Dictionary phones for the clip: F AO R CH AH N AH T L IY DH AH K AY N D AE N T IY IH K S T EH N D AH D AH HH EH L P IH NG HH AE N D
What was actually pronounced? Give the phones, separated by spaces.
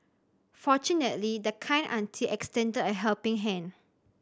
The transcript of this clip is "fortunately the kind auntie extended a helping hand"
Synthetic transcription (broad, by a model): F AO CH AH N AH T L IY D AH K AY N AA N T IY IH K S T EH N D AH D AH HH EH L P IH NG HH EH N